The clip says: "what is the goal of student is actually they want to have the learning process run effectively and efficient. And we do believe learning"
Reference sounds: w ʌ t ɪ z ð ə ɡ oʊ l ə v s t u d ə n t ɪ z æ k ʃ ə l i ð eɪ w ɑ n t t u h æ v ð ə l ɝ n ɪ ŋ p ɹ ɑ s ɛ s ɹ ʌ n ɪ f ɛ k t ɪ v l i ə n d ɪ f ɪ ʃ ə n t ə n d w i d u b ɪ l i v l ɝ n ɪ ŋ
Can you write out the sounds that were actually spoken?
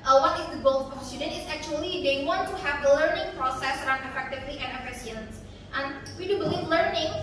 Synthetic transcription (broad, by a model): w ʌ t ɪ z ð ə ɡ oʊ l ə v s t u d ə n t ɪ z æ k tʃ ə l i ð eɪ w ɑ n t t u h æ v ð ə l ɝ n ɪ ŋ p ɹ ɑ s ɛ s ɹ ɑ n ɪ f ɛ k t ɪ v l i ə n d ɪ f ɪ s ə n t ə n w i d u b ɪ l i v l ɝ n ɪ ŋ